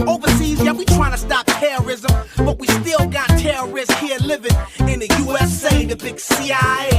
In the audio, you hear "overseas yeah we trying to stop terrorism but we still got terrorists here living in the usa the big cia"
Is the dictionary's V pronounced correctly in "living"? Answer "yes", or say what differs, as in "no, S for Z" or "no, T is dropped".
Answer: yes